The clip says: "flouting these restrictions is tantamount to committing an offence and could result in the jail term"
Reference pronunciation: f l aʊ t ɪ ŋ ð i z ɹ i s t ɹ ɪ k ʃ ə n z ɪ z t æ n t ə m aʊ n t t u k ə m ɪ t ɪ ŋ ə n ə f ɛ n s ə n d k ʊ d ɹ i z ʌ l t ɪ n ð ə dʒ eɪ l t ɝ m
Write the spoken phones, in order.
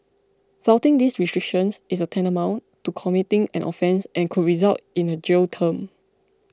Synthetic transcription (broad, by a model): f aʊ t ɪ ŋ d i s ɹ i s t ɹ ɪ k ʃ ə n s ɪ s t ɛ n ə m aʊ n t t u k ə m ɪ t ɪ ŋ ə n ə f ɛ n s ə n k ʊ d ɹ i z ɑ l t ɪ n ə dʒ eɪ l t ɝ m